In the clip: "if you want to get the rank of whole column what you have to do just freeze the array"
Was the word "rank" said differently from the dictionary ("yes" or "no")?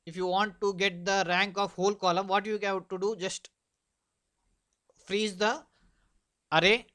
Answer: no